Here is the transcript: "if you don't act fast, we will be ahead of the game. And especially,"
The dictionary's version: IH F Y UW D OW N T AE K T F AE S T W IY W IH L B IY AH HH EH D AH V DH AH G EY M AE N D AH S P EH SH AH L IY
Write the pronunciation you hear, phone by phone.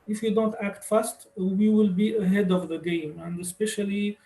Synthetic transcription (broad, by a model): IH F Y UW D OW N T AE K T F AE S T W IY W IH L B IY AH HH EH D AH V DH AH G EY M AE N D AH S P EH SH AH L IY